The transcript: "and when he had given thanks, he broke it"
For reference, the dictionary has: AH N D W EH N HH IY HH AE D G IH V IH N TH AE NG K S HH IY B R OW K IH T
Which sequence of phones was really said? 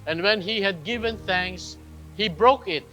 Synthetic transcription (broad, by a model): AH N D W EH N HH IY HH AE D G IH V IH N TH AE NG K S HH IY B R OW K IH T